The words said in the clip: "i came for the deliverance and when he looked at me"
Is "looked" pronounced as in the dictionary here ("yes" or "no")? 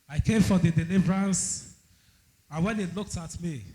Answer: yes